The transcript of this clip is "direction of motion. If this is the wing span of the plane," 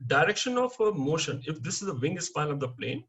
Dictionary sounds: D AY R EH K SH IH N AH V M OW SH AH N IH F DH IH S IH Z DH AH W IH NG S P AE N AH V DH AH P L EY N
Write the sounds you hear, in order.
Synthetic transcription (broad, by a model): D AY R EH K SH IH N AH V M OW SH AH N IH F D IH S IH Z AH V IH NG S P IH L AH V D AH P L EY N